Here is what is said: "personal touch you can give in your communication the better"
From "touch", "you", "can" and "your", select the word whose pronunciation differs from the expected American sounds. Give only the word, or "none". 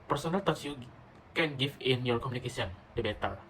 touch